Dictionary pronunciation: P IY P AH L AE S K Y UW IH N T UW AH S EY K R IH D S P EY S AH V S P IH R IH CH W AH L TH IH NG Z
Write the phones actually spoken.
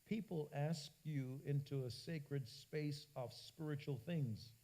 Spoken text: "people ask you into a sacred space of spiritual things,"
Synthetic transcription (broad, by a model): P IY P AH L AE S K Y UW IH N T UW AH S EY K R IH D S P EY S AH V S P IH R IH CH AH L TH IH NG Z